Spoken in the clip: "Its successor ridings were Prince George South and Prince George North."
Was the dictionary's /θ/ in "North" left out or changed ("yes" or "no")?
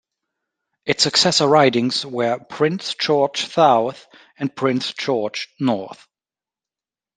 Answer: no